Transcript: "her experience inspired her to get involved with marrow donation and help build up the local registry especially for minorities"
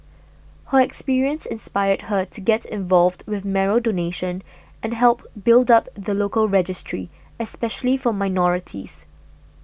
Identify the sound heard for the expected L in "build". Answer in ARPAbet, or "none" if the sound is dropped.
L